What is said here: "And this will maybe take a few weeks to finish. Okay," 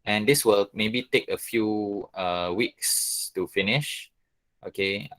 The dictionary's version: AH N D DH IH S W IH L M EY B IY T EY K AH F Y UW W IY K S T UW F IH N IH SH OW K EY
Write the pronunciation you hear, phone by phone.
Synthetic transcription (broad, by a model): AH N D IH S W IH L M EY B IY T EY K AH F Y UW W IY K S T UW F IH N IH SH OW K EY